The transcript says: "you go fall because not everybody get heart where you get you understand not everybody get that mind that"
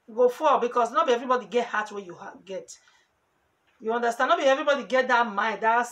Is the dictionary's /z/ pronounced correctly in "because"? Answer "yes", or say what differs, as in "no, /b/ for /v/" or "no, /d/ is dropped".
no, /s/ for /z/